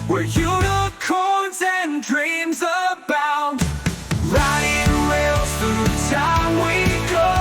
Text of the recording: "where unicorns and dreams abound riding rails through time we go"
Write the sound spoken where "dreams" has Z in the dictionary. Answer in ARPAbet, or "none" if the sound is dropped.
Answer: Z